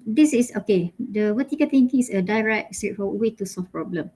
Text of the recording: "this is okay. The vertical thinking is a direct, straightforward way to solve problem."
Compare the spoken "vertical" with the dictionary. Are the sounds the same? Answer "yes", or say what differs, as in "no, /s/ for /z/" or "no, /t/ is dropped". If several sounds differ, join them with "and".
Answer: no, /w/ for /v/